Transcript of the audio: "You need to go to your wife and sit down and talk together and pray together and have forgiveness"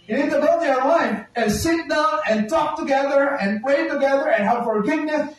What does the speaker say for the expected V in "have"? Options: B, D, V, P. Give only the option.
P